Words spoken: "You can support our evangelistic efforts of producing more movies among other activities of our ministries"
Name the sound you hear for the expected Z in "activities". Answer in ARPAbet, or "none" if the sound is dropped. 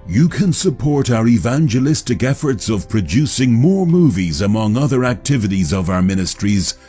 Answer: Z